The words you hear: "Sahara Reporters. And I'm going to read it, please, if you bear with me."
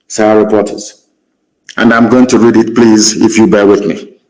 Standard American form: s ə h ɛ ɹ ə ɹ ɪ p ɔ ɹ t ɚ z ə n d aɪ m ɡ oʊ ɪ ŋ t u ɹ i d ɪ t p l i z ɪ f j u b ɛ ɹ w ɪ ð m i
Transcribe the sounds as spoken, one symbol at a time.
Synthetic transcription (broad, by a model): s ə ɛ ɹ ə ɹ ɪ p ɔ t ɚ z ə n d aɪ m ɡ oʊ ɪ ŋ t u ɹ i d ɪ t p l i z ɪ f j u b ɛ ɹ w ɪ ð m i